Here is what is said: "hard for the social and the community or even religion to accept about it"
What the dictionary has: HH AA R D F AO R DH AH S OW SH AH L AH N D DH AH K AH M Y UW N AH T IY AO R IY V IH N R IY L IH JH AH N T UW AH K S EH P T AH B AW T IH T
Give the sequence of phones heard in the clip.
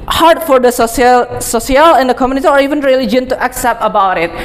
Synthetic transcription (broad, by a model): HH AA R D F AO R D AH S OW S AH L AH N D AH K AH M Y UW N AH T IY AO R IY V IH N R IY L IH JH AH N T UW AH K S EH P T AH B AW T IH T